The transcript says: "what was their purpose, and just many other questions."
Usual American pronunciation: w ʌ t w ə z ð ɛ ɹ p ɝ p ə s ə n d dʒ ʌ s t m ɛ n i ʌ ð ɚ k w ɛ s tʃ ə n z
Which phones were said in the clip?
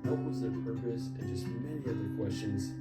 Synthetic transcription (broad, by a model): w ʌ t w ə z ð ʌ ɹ p ɝ p ə s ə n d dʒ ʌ s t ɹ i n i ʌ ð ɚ k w ɛ s tʃ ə n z